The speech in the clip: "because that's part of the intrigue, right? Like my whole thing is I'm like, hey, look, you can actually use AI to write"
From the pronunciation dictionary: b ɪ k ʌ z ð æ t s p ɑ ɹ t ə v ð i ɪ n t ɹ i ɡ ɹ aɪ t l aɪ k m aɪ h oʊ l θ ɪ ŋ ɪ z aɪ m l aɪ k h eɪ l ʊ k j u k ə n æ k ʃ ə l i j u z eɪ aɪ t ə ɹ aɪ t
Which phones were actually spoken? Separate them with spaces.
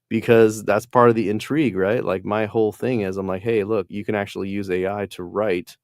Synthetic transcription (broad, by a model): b ɪ k ʌ z ð æ t s p ɑ ɹ t ə v ð i ɪ n t ɹ i ɡ ɹ aɪ t l aɪ k m aɪ h oʊ l θ ɪ ŋ ɪ z aɪ m l aɪ k h eɪ l ʊ k j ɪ k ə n æ k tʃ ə l i j u z eɪ aɪ t ə ɹ aɪ t